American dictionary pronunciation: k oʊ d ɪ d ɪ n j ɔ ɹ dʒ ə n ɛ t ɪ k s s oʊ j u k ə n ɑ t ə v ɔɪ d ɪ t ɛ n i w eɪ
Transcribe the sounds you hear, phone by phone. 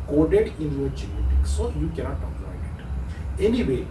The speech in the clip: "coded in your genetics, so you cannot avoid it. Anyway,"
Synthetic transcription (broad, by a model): k oʊ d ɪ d ɪ n j ɔ ɹ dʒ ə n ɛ t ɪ k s s oʊ j u k ə n ɑ t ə p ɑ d ɪ t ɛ n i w eɪ